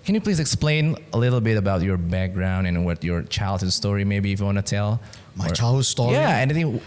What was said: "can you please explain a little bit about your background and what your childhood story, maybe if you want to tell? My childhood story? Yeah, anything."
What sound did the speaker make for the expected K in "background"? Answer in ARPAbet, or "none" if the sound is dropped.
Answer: K